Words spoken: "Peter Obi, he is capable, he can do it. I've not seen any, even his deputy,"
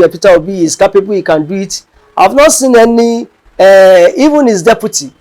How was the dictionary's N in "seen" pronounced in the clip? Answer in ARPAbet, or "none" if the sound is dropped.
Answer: N